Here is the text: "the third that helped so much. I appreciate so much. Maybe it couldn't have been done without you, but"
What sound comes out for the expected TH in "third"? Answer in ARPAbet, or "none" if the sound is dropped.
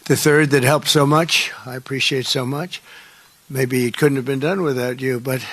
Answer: TH